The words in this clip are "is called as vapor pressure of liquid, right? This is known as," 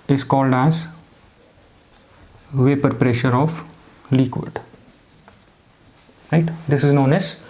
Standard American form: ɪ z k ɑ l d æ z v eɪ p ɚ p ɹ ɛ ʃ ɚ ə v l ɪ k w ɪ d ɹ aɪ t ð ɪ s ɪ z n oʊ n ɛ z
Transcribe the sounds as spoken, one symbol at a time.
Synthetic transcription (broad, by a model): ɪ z k ɑ l d æ z v eɪ p ɚ p ɹ ɛ ʃ ɚ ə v l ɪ k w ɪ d ɹ aɪ t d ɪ s ɪ z n oʊ n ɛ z